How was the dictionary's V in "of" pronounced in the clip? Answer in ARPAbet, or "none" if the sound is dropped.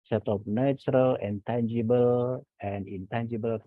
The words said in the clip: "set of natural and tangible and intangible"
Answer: P